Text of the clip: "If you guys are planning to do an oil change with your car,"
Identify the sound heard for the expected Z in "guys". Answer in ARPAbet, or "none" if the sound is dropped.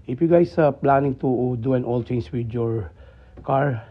S